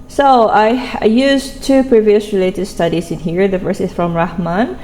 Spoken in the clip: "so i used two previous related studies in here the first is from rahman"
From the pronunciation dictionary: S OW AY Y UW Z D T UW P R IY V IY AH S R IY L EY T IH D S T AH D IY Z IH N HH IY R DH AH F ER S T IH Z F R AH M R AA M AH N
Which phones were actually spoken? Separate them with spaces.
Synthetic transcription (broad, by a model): S OW AY Y UW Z T UW P R IY V IY AH S R IY L EY T IH D S T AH D IY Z IH N HH IY R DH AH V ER S IH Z F R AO M R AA M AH N